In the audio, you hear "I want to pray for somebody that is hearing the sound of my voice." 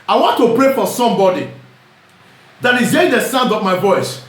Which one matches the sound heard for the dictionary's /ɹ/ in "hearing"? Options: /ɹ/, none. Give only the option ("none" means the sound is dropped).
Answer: none